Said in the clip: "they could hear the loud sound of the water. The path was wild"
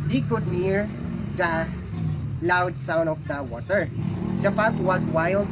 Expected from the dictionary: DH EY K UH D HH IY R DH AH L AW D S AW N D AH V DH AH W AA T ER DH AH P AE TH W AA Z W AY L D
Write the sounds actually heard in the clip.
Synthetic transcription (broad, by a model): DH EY K UH D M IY R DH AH L AW D S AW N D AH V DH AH W AA T ER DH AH F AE T W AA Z W AY L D